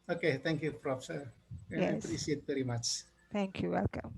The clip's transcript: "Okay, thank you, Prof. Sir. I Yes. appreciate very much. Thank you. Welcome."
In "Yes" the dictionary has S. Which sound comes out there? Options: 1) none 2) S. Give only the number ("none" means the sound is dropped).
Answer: 1